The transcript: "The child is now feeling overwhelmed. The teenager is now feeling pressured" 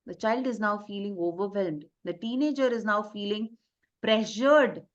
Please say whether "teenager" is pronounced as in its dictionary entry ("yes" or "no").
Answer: yes